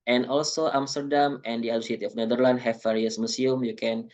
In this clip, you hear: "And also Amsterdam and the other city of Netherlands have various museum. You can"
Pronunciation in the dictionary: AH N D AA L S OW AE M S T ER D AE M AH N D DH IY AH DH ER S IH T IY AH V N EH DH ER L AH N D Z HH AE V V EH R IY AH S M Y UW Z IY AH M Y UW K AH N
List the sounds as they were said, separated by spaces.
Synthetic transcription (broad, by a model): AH N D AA L S OW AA M S T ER D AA M AH N D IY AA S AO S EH T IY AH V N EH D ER L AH N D HH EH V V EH R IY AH S M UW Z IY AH M Y UW K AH N